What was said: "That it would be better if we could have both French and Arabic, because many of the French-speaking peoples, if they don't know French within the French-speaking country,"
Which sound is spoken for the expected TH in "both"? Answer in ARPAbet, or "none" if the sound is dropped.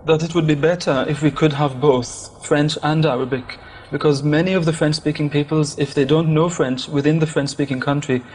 TH